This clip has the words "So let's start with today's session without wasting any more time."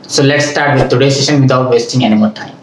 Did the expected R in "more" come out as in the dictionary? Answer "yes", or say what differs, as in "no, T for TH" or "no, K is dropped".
no, L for R